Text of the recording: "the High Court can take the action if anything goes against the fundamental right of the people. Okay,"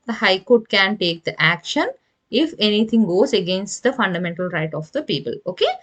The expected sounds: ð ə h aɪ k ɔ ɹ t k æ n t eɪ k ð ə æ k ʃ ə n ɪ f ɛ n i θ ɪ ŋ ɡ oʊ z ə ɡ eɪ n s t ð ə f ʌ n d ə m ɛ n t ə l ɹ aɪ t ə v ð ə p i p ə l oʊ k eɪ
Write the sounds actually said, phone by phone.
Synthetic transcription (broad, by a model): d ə h aɪ k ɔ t k æ n t eɪ k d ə æ k ʃ ə n ɪ f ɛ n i t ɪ ŋ ɡ oʊ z ə ɡ eɪ n s t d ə f ʌ n d ə m ɛ n t ə l ɹ aɪ t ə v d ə p i p ə l oʊ k eɪ